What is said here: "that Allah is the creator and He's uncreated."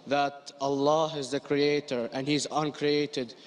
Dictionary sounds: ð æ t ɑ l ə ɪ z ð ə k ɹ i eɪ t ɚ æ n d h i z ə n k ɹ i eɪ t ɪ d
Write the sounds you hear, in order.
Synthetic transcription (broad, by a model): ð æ t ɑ l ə ɪ z ð ə k ɹ i eɪ t ɚ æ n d h i z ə n k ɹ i eɪ t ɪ d